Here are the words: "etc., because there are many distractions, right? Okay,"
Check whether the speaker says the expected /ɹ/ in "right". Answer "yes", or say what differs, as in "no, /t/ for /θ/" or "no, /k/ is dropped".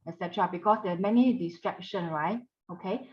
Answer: yes